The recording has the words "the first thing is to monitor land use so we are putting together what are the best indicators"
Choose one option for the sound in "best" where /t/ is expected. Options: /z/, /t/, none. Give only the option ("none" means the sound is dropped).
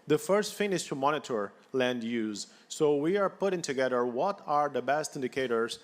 /t/